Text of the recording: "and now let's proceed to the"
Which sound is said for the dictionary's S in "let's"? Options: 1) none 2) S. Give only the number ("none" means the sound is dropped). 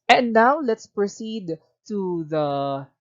2